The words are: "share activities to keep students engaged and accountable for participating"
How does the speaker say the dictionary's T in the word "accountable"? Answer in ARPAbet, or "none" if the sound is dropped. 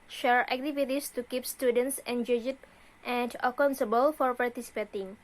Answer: S